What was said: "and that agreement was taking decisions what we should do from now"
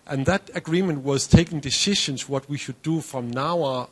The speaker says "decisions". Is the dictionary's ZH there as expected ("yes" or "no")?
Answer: no